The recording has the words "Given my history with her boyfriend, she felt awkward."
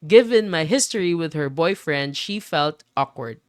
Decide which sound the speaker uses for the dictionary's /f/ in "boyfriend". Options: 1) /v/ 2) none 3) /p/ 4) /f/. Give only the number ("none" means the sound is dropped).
4